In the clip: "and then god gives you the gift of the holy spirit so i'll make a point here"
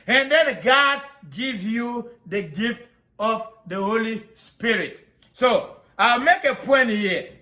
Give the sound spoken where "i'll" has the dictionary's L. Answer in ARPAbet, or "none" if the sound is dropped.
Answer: L